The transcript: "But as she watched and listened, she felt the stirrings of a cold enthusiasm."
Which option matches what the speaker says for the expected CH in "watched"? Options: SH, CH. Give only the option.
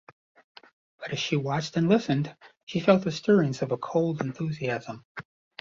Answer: CH